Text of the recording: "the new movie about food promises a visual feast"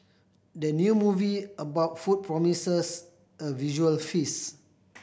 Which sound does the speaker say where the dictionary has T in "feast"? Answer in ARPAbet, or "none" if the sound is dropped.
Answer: none